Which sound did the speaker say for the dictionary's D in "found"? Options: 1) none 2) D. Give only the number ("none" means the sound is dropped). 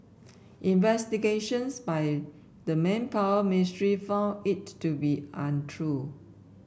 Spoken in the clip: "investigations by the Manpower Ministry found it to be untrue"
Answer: 1